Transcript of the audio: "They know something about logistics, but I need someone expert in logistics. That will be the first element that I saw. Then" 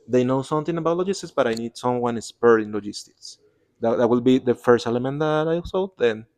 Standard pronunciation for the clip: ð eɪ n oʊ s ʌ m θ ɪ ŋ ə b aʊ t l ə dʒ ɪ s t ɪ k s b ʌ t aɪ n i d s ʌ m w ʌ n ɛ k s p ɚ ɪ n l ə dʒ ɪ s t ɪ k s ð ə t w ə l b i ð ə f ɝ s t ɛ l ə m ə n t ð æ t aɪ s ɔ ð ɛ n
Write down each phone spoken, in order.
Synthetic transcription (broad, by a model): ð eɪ n oʊ s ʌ m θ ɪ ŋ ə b aʊ t l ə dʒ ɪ s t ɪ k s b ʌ t aɪ n i d s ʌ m w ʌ n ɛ s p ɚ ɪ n l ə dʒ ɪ s t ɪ k s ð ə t w ə l b i ð ə f ɝ s t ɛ l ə m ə n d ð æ t aɪ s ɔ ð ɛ n